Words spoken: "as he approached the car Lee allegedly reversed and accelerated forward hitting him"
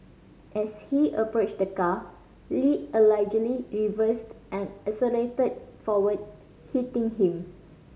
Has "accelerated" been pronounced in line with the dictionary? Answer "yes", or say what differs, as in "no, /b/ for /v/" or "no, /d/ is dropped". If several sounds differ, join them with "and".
no, /k/ is dropped